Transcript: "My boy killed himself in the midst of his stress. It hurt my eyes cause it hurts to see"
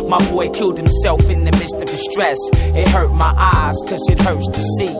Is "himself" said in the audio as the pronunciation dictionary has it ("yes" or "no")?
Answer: yes